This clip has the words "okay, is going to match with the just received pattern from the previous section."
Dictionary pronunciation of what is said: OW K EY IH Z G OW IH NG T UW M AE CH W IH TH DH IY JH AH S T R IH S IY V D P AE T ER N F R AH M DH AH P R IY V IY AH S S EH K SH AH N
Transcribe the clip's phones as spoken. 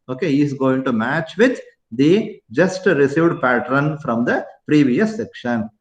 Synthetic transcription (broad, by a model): OW K EY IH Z G OW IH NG T UW M AE CH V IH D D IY JH AH S T R IH S IY V D P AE T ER N F R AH M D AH P R IY V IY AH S S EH K SH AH N